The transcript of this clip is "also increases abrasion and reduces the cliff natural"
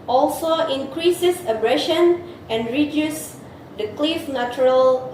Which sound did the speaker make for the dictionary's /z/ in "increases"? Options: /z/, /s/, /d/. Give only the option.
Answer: /s/